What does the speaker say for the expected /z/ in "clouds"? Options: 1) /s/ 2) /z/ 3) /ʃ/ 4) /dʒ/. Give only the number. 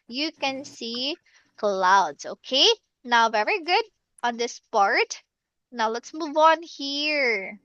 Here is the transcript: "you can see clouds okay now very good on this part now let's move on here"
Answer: 1